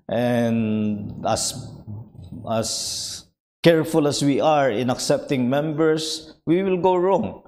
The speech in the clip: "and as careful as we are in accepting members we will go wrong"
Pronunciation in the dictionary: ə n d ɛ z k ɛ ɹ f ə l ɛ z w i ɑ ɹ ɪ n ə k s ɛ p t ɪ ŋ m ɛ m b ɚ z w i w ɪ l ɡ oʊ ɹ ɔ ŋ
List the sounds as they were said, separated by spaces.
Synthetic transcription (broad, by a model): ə n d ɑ s k ɛ ɹ f ə l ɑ s w i ɑ ɹ ɪ n ə k s ɛ p t ɪ ŋ m ɛ m b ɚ s w i w ɪ l ɡ oʊ ɹ ɔ ŋ